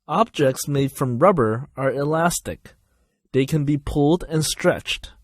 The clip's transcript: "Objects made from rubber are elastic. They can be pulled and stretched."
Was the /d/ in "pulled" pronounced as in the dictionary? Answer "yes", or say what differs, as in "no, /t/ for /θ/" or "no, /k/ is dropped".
yes